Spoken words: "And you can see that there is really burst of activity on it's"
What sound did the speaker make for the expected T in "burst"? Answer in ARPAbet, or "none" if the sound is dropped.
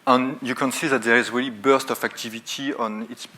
T